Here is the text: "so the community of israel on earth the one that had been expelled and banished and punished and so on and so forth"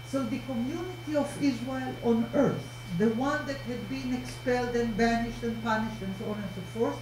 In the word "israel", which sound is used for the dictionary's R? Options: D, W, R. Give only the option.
W